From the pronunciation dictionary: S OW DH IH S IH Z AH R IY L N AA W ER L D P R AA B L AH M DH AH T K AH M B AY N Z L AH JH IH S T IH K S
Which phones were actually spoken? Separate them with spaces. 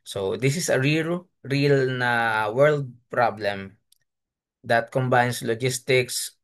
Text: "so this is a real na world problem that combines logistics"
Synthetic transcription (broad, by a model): S OW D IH S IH S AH R IY L N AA W ER L D P R AA B L AH M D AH T K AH M B AY N S L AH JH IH S T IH K S